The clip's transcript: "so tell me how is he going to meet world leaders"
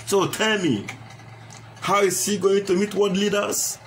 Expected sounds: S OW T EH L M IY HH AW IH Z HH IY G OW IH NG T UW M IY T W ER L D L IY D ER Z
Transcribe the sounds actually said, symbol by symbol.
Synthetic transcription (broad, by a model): S OW T EH L M IY HH AW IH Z HH IY G OW IH NG T UW M IY T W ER D L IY D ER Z